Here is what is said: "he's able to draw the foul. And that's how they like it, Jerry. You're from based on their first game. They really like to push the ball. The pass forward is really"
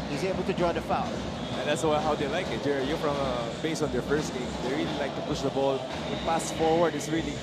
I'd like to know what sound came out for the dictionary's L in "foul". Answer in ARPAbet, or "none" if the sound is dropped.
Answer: N